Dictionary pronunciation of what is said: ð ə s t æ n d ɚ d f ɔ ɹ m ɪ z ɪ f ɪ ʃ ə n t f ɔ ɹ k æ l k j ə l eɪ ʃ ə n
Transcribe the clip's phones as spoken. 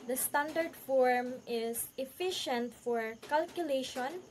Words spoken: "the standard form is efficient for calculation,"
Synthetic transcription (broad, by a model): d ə s t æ n d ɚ d f ɔ ɹ m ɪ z ɪ f ɪ ʃ ə n t f ɔ ɹ k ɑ l k j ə l eɪ ʃ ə n